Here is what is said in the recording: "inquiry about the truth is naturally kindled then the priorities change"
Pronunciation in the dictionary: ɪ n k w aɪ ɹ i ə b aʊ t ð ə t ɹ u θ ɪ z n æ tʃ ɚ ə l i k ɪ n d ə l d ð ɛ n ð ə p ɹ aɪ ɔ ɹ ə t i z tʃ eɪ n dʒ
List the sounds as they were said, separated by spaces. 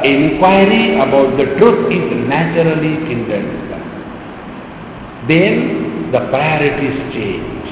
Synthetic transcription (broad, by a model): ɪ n k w aɪ ɹ i ə b aʊ t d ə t ɹ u t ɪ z n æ tʃ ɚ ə l i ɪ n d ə n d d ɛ n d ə p ɹ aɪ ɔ ɹ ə t i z tʃ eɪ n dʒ